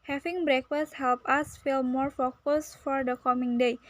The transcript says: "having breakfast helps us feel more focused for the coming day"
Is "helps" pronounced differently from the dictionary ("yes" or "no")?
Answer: yes